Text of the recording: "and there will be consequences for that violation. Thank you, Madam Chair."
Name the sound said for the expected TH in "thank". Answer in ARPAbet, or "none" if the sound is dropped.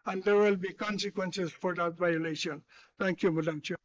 T